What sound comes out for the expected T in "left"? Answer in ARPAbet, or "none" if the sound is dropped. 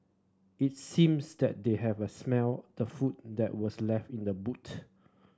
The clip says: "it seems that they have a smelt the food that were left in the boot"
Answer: T